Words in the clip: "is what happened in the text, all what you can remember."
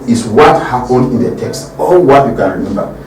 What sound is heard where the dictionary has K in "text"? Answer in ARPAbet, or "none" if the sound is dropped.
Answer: K